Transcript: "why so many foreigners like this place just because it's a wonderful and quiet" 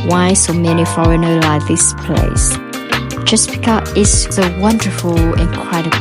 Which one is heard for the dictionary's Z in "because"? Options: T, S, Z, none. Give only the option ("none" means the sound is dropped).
none